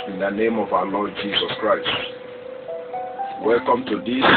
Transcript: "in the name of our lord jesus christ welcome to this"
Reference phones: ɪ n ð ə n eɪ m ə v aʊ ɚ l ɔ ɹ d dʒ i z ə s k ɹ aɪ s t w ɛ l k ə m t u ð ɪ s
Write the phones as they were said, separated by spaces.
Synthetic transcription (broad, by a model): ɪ n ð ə n eɪ m ə v aʊ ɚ l ɔ d dʒ i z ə s k ɹ aɪ s t w ɛ l k ə m t u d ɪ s